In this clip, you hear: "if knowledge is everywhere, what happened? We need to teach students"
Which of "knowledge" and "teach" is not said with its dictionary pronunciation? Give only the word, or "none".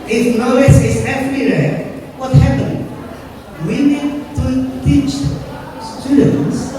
knowledge